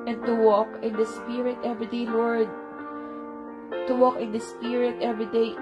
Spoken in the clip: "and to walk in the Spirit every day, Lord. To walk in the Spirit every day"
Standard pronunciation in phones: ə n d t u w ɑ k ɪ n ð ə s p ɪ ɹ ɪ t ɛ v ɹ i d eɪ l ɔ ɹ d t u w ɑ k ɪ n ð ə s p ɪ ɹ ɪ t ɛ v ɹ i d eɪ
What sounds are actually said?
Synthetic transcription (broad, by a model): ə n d t u w ɑ k ɪ n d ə s p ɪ ɹ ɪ t ɛ v ɹ i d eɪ w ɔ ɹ d t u w ɑ k ɪ n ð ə s p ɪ ɹ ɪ t ɛ v ɹ i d eɪ